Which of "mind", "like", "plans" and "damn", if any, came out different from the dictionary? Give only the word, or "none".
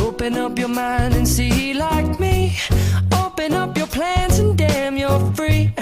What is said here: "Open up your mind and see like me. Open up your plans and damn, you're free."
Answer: none